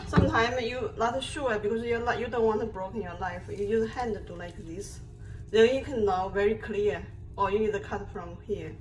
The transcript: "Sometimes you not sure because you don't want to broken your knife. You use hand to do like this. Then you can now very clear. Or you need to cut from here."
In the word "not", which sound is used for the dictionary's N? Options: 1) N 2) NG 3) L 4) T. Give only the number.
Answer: 3